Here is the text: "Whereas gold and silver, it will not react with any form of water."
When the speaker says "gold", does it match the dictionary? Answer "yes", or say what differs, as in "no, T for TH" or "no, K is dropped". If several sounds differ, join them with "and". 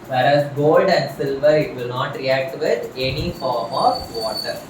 yes